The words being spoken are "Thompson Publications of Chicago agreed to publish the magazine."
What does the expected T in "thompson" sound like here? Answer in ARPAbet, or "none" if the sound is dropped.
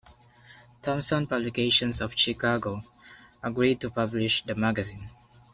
T